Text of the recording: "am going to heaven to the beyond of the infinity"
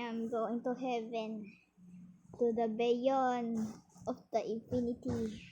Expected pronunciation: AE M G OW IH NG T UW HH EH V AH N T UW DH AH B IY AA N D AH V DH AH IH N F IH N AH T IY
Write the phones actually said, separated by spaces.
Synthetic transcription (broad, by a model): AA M G OW IH NG T UW HH EH V AH N T UW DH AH B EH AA N AH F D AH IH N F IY N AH T IY